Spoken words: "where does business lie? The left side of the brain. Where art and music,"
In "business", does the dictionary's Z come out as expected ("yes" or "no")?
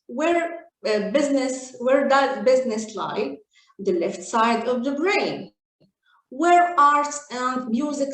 yes